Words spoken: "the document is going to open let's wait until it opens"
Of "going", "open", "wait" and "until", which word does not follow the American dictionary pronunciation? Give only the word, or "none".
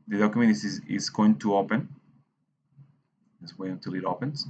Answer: wait